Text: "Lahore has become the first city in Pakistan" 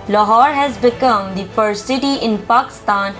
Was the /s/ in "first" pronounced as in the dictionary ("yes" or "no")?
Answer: no